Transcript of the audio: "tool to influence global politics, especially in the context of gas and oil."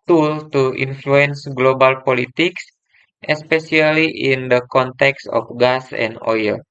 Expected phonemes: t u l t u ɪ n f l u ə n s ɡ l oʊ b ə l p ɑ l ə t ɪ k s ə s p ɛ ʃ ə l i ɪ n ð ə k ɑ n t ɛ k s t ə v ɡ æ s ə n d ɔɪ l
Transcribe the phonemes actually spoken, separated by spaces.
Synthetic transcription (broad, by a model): t u l t u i n f l u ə n s ɡ l oʊ b ə l p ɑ l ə t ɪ k s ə s p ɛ s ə l i ɪ n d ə k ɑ n t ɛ k s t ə f ɡ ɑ s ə n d ɔɪ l